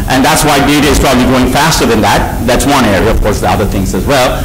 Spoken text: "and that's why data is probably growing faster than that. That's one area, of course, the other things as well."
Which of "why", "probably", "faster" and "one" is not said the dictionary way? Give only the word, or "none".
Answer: none